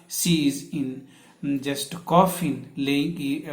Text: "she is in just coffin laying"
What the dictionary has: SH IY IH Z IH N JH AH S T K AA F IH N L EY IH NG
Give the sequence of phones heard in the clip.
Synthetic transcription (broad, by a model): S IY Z IH N JH AH S T K AA F IH N L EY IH